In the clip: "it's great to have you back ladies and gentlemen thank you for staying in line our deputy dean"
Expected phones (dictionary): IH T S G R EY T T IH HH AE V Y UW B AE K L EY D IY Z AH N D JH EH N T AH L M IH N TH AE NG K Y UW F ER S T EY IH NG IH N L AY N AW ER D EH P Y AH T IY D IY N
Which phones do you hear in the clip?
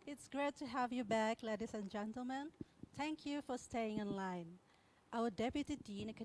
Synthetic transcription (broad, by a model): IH T S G R EY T T IH HH AE V Y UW B AE K L EY D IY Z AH N JH EH N T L M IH N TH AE NG K Y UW F ER S T EY IH NG IH N L AY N AW ER D EH P Y AH T IY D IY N